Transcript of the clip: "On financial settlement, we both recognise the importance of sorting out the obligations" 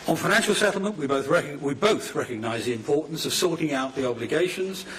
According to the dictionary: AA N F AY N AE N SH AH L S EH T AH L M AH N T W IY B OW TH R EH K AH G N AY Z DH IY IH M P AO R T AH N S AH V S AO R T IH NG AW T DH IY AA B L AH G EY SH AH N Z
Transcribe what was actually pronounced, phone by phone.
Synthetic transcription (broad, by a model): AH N F AY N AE N SH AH L S EH T L M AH N T W IY B OW TH R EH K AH G N AY Z DH IY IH M P AO R T N S AH V S AO R T IH NG AW T DH IY AA B L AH G EY SH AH N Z